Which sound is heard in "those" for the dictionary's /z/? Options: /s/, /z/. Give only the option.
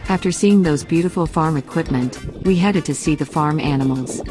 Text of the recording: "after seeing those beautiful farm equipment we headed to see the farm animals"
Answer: /z/